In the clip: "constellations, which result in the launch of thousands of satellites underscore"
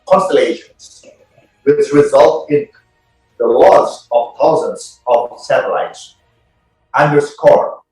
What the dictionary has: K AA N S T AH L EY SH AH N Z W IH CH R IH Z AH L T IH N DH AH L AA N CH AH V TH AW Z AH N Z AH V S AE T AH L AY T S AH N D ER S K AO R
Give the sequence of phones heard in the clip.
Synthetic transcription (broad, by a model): K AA N S T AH L EY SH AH N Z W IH S R IH Z AH L T IH N DH AH L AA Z AH V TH AW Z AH N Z AH V S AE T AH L AY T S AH N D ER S K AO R